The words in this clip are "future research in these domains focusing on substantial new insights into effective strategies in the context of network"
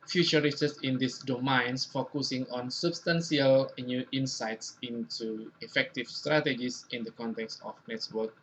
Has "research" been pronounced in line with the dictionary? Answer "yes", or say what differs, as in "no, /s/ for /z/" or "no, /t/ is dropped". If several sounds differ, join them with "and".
no, /s/ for /tʃ/